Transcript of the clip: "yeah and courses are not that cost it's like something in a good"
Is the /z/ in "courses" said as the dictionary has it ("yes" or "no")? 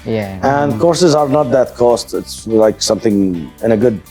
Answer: yes